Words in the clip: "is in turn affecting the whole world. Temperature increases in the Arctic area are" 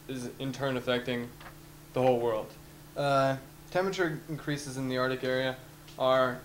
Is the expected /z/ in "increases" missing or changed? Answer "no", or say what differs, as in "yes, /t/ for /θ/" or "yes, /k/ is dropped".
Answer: no